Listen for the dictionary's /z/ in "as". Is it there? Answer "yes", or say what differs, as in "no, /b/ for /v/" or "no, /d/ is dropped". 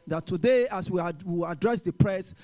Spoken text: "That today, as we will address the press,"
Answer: no, /s/ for /z/